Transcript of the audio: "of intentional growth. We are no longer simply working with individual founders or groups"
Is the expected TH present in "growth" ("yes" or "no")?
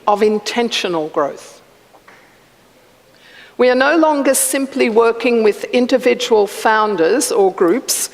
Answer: yes